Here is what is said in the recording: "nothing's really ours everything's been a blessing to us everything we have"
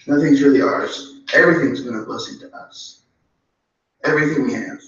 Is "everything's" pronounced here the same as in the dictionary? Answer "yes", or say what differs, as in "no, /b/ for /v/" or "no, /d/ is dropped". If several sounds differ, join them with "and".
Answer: yes